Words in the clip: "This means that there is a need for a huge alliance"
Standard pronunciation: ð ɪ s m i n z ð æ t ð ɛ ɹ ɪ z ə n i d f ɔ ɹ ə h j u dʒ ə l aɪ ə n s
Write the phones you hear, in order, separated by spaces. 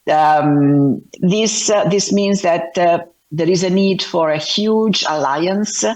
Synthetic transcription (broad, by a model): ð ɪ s m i n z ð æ t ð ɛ ɹ ɪ z ə n i d f ɔ ɹ ə h j u dʒ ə l aɪ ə n s